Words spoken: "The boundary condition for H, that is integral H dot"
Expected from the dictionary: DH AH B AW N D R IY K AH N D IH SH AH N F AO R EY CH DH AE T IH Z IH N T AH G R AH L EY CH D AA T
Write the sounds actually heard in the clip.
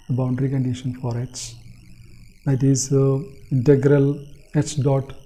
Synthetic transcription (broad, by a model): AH B AW N D R IY K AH N D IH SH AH N F AO R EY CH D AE T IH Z IH N T AH G R AH L EY CH D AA T